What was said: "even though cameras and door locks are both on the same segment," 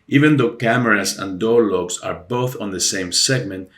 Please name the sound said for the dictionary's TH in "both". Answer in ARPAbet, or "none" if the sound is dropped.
TH